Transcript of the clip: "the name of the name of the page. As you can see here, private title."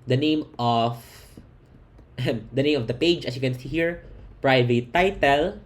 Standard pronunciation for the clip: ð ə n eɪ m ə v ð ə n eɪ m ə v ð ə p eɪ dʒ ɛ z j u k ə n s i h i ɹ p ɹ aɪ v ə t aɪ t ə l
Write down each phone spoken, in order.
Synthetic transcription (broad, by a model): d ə n eɪ m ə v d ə n eɪ m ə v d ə p eɪ dʒ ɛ s j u k ə n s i h i ɹ p ɹ aɪ v ə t aɪ t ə l